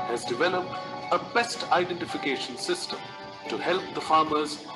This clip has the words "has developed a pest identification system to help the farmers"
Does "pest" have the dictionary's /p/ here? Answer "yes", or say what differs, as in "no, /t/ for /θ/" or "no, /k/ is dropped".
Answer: no, /b/ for /p/